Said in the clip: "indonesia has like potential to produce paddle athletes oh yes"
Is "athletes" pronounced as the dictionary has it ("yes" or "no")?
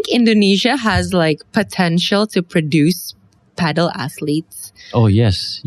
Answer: yes